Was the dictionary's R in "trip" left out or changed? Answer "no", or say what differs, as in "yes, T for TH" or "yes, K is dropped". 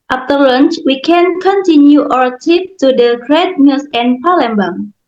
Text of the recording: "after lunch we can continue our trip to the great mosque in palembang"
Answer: yes, R is dropped